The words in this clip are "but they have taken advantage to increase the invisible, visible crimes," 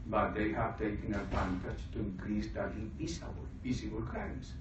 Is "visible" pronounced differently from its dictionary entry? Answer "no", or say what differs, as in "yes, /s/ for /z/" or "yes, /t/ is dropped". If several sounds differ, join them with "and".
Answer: yes, /p/ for /v/